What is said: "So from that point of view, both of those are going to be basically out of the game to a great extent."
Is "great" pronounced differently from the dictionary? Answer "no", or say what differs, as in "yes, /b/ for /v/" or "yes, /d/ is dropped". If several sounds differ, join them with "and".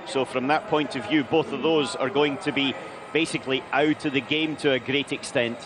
no